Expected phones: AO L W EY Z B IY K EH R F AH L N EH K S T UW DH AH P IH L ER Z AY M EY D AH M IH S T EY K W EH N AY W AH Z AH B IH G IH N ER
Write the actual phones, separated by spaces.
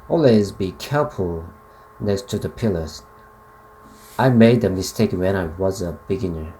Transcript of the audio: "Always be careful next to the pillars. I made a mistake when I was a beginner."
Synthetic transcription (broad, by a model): AO L W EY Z B IY K EH R F AH L N EH K S T UW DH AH P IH L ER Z AY M EY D AH M IH S T EY K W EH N AY W AH Z AH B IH G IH N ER